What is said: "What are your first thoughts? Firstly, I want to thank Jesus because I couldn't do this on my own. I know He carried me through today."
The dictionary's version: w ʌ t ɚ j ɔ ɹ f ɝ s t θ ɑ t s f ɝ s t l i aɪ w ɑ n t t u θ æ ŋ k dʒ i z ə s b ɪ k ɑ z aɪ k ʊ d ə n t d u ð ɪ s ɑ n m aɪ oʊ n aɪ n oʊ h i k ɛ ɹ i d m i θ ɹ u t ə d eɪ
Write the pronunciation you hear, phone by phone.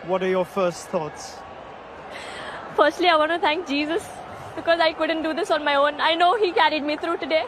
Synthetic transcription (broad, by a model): w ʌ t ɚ j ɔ f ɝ s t θ ɑ t s f ɝ s t l i aɪ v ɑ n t t u t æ ŋ k dʒ i z ə s b ɪ k ɑ z aɪ k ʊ d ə n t d u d ɪ s ɑ n m aɪ oʊ n aɪ n oʊ h i k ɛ ɹ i d m i t ɹ u t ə d eɪ